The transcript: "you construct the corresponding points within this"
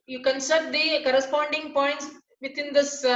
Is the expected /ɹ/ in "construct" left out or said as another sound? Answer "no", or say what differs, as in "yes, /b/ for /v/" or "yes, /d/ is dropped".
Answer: yes, /ɹ/ is dropped